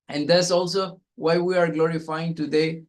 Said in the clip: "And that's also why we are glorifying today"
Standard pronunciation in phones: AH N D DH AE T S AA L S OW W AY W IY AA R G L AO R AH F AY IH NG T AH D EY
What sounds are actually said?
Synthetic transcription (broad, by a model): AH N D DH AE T S AA L S OW W AY W IY AA R G L AO R AH F AY IH NG T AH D EY